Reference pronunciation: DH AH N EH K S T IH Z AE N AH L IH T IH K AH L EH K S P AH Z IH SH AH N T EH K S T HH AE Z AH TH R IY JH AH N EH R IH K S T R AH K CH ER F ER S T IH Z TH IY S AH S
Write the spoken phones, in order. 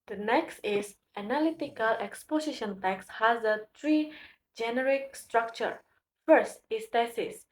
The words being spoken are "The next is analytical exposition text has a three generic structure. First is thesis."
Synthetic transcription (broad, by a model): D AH N EH K S T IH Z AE N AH L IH T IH K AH L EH K S P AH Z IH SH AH N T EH K S HH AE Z AH T R IY JH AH N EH R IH K S T R AH K CH ER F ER S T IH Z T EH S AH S